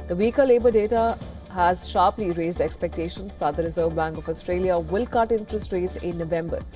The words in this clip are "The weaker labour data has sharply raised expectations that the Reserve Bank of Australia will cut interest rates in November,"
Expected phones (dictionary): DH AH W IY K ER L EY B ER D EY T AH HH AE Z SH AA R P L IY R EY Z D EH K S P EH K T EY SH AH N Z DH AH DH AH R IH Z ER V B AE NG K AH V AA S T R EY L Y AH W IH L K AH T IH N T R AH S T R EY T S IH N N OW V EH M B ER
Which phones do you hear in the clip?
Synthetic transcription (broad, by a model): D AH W IY K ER L EY B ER D EY T AH HH AE Z SH AA R P L IY R EY Z D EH K S P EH K T EY SH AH N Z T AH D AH R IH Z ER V B AE NG K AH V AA S T R EY L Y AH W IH L K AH T IH N T R AH S T R EY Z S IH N N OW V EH M B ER